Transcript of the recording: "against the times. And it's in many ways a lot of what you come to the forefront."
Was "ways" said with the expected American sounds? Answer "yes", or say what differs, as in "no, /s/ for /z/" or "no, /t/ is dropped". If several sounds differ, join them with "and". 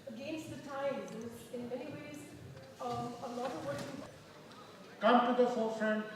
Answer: yes